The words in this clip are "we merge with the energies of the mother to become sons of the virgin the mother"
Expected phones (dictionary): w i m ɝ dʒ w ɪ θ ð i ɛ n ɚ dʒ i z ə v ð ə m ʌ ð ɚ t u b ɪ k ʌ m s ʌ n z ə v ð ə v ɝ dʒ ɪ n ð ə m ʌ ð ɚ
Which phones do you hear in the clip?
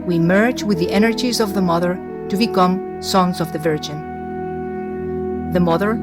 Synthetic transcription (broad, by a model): w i m ɝ dʒ w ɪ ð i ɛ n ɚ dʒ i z ə v ð ə m ʌ ð ɚ t u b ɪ k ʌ m s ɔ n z ə v ð ə v ɝ dʒ ɪ n ð ə m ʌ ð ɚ